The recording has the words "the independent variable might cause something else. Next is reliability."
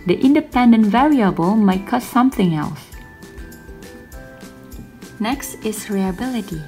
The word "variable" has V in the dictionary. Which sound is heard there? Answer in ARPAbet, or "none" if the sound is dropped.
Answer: V